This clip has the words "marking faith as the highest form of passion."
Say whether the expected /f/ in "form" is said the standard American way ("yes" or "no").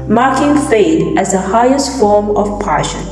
yes